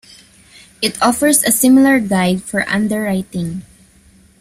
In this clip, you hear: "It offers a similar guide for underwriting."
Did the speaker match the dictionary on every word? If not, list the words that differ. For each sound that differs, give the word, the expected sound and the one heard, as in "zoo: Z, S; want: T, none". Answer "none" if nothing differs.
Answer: offers: Z, S